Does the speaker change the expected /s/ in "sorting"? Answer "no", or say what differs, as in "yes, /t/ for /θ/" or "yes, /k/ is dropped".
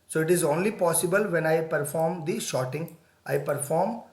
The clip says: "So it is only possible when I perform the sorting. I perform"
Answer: yes, /ʃ/ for /s/